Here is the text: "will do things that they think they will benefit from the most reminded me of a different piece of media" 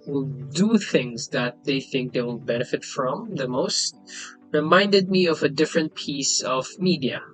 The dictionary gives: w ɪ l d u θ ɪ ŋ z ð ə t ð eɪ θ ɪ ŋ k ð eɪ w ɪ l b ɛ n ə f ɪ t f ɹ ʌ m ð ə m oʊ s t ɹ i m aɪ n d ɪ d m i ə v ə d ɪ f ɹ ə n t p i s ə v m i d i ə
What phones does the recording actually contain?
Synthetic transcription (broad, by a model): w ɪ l d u θ ɪ ŋ z ð ə t ð eɪ θ ɪ ŋ k ð eɪ w ɪ l b ɛ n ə f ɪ t f ɹ ʌ m ð ə m oʊ s t ɹ i m aɪ n d ɪ d m i ə v ə d ɪ f ɹ ə n t p i s ə v m i d i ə